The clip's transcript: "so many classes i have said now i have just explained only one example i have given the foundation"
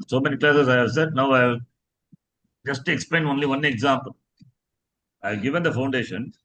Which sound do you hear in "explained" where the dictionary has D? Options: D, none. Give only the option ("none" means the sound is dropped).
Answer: none